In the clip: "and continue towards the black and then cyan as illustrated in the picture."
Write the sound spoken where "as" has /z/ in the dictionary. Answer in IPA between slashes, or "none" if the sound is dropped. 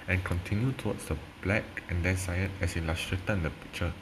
/s/